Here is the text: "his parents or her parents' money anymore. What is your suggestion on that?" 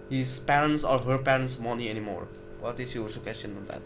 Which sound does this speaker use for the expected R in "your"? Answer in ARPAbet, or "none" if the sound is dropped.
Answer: L